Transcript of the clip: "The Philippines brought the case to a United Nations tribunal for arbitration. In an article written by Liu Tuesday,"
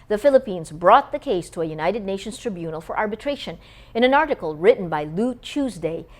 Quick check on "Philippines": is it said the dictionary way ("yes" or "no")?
yes